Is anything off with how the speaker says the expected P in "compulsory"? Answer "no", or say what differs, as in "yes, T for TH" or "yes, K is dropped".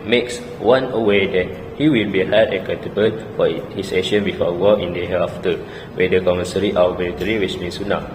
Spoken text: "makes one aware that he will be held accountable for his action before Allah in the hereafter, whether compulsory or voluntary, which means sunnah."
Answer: yes, P is dropped